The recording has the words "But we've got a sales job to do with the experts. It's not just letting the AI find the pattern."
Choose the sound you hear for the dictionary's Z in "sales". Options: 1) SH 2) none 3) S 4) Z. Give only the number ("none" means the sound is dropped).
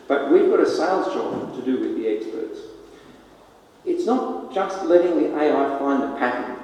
4